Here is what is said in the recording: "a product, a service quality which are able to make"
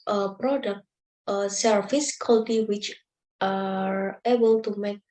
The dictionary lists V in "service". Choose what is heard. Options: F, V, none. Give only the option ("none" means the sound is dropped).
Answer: F